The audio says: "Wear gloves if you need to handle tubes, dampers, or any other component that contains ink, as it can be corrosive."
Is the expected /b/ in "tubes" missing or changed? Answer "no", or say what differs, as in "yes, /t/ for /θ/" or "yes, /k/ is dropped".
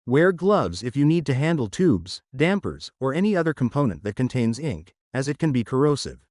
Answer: no